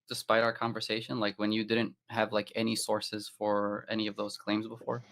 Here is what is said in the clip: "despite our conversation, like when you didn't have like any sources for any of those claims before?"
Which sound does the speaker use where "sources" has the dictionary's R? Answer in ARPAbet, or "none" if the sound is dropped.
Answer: R